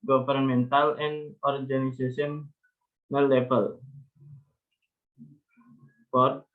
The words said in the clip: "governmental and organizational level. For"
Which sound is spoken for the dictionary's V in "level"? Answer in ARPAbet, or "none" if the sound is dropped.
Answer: B